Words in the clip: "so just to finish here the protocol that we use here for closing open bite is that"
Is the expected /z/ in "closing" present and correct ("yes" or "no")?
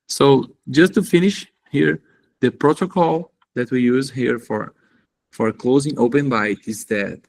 yes